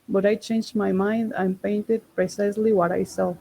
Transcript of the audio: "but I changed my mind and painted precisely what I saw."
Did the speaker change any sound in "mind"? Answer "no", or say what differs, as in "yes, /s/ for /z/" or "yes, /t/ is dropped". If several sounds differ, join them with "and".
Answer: no